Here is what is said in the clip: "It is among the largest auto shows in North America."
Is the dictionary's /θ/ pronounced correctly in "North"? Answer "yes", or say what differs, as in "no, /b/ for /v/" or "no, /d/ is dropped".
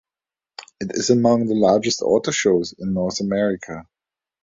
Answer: yes